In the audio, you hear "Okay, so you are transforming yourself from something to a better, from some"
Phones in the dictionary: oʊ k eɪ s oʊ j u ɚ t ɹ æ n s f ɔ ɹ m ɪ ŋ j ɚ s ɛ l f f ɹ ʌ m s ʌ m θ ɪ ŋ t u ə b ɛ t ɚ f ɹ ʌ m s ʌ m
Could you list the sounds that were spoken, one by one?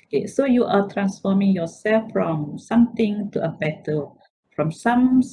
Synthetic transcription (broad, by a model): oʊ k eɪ s oʊ j u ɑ t ɹ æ n s f ɔ m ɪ ŋ j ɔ s ɛ l f f ɹ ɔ m s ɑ m t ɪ ŋ t u ə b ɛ t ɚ f ɹ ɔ m s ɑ m